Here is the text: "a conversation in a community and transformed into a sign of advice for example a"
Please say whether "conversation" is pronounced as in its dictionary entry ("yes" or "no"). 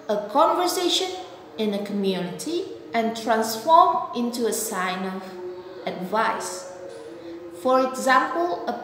yes